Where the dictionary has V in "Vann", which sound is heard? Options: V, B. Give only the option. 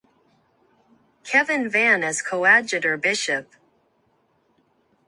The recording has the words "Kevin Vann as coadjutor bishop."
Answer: V